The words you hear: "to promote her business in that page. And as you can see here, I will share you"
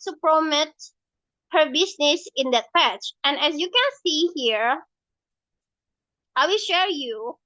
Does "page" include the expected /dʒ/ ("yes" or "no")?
no